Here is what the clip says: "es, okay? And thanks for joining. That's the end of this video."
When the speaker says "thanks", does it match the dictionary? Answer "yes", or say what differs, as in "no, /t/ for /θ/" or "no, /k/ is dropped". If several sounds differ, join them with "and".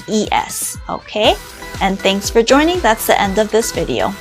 yes